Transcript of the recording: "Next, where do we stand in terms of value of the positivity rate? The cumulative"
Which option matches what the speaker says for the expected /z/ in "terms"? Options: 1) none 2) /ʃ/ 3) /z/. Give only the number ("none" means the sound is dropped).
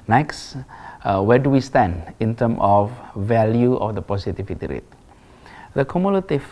1